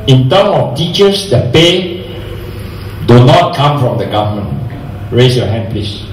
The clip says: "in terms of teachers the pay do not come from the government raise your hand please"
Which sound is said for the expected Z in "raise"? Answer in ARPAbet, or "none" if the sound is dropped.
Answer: S